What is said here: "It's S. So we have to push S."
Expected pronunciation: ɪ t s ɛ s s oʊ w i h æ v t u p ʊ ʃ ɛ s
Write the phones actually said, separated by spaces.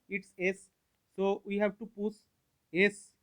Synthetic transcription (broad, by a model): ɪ t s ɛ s s oʊ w i h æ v t u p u s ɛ s